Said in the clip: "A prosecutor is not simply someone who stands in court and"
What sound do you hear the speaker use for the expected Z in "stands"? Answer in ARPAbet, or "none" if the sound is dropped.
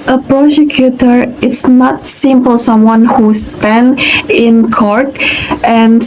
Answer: none